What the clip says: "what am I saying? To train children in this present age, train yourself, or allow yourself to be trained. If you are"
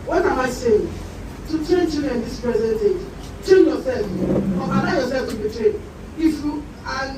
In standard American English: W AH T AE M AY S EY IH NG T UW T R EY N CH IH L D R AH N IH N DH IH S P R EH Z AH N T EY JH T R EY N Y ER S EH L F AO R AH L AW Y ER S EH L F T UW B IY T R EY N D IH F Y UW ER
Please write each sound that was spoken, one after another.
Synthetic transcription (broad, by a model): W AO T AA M AY S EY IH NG T UW T R EY N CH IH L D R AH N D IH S P R EH Z AH N T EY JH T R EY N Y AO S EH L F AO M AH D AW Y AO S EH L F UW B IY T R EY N IH F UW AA